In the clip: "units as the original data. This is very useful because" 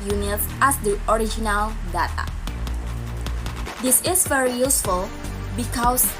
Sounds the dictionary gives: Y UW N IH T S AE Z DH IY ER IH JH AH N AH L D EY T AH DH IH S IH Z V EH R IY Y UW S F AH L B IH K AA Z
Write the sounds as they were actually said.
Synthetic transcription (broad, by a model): Y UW N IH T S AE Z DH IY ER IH JH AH N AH L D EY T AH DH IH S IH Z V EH R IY Y UW S F AH L B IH K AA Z